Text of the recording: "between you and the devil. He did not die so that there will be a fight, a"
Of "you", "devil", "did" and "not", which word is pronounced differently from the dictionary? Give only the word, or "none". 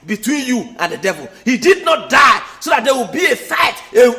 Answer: none